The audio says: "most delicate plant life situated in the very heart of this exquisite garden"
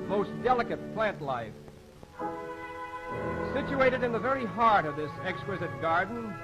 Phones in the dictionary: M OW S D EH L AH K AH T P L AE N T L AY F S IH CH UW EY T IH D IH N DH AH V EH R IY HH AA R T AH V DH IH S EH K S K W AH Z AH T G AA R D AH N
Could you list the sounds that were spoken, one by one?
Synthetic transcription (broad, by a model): M OW S D EH L AH K AH T P L AE N T L AY F S IH CH UW EY T IH D IH N DH AH V EH R IY HH AA R T AH V DH IH S EH K S K W AH Z AH T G AA R D N